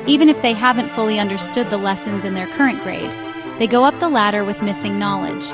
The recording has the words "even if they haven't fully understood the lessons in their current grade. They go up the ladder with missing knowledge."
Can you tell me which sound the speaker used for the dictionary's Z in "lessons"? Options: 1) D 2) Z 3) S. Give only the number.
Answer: 2